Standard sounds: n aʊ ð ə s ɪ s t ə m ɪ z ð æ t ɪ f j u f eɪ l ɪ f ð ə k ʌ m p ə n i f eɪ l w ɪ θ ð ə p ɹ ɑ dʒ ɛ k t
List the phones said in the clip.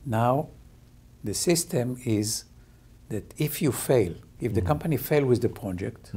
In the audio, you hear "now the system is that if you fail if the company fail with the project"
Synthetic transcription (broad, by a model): n aʊ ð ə s ɪ s t ə m ɪ z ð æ t ɪ f j u f eɪ l ɪ f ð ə k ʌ m p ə n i f eɪ l w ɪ ð ə p ɹ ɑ dʒ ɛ k t